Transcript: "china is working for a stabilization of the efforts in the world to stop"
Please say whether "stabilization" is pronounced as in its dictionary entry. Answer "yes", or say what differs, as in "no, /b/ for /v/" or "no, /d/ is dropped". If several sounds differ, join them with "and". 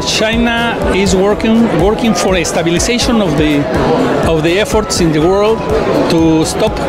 no, /s/ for /z/